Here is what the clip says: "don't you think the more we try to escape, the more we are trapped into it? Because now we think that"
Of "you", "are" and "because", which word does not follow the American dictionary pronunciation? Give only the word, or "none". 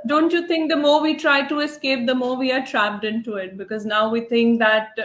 none